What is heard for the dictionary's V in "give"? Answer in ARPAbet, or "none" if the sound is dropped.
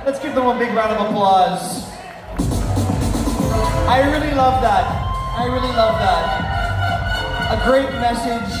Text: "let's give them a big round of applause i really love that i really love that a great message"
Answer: P